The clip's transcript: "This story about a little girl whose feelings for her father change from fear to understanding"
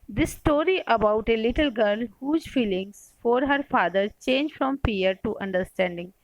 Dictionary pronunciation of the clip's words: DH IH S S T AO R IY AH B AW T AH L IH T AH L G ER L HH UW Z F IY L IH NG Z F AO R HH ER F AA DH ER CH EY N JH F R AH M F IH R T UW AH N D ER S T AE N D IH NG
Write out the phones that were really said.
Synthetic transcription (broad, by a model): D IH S S T AO R IY AH B AW T AH L IH T AH L G ER L HH UW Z F IY L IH NG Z F AO R HH ER F AA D ER CH EY N JH F R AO M P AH R T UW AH N D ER S T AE N D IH NG